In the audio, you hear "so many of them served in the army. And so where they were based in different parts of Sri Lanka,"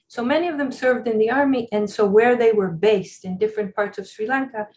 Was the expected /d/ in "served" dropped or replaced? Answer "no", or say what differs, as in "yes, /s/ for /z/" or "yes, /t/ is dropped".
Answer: no